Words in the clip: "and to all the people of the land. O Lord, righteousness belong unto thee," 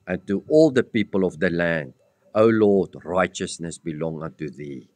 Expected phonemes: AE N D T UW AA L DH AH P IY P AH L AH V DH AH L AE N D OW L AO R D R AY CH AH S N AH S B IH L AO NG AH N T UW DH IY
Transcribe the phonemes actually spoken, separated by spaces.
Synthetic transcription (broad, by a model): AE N T UW AA L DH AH P IY P AH L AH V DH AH L AE N D OW L AO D R AY CH AH S N AH S B IH L AO NG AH N T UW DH IY